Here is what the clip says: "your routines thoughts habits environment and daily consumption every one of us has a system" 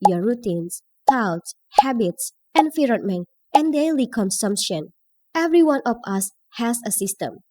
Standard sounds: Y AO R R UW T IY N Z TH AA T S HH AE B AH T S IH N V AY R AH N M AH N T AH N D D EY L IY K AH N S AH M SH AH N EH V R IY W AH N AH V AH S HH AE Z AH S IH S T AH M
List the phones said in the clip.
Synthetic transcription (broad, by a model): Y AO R R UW T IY N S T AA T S HH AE B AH T S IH N F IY R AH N M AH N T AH N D D EY L IY K AH N S AH M SH AH N EH V R IY W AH N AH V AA S HH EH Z AH S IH S T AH M